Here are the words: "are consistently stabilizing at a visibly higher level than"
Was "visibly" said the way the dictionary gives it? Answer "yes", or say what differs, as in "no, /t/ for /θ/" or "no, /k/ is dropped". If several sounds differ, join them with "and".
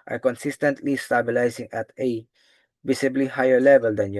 no, /s/ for /z/